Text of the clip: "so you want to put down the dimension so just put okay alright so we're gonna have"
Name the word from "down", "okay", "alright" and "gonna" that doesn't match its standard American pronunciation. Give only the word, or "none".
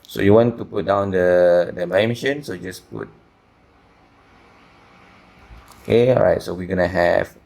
alright